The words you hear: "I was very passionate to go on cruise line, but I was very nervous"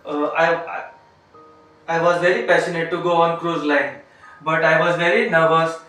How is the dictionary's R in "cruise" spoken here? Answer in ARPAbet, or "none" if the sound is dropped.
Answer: R